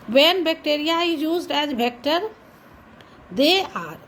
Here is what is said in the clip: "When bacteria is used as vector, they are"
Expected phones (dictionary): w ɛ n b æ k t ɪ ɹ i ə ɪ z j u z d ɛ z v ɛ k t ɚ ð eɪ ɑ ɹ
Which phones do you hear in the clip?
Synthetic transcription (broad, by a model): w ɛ n b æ k t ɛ ɹ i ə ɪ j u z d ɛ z b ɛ k t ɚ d eɪ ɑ ɹ